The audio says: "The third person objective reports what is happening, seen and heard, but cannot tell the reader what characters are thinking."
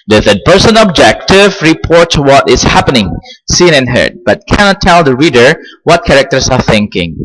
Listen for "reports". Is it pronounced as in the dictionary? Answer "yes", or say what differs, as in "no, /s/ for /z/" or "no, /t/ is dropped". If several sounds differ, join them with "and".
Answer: no, /s/ is dropped